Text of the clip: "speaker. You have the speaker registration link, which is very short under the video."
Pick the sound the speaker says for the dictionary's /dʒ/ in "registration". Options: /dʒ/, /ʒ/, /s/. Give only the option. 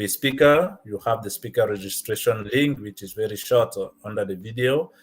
/dʒ/